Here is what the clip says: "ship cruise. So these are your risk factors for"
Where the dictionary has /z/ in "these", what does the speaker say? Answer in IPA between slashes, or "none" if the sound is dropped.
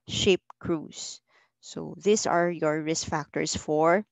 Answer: /s/